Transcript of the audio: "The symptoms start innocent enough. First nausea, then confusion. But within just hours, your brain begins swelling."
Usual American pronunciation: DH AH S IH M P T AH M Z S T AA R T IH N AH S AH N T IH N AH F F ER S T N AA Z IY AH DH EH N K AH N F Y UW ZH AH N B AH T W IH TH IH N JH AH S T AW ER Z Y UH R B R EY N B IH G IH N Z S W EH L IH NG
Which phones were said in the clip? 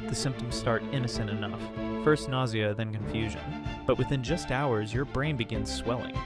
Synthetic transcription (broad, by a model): DH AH S IH M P T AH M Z S T AA R T IH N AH S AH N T IH N AH F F ER S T N AA Z IY AH DH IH N K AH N F Y UW ZH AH N B AH T W IH TH IH N JH AH S T AW ER Z Y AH R B R EY N B IH G IH N Z S W EH L IH NG